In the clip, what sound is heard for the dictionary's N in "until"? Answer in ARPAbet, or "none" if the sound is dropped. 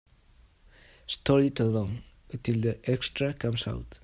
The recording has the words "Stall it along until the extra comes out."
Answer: none